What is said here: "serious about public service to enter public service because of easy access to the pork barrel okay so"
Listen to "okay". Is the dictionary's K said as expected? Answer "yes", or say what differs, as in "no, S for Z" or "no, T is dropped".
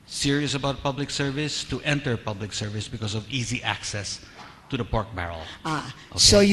no, K is dropped